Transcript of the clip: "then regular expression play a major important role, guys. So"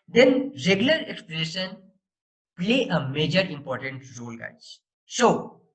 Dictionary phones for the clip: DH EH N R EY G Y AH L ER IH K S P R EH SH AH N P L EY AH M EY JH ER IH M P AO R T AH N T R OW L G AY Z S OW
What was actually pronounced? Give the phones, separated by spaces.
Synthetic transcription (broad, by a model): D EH N R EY G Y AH L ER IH K S P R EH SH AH N P L EY AH M EY JH ER IH M P AO R T AH N T R OW L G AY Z S OW